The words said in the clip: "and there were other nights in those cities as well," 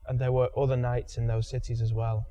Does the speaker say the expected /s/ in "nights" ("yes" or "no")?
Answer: yes